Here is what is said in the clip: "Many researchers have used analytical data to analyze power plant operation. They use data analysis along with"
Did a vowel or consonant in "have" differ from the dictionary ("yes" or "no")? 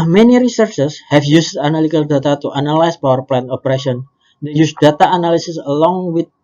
yes